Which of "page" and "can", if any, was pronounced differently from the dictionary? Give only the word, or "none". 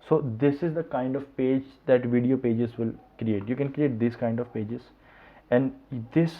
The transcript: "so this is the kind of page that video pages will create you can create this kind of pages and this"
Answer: none